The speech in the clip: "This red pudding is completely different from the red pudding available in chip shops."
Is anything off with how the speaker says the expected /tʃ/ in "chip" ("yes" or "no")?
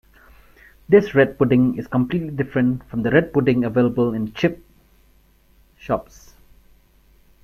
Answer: no